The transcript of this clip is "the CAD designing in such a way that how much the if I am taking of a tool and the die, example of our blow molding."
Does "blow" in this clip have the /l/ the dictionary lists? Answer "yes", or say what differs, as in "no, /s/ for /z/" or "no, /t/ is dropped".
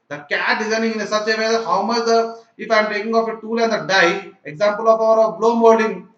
yes